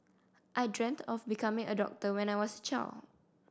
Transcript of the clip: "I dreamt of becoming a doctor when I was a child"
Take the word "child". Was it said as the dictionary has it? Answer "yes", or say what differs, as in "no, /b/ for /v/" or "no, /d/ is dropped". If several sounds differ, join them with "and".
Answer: no, /d/ is dropped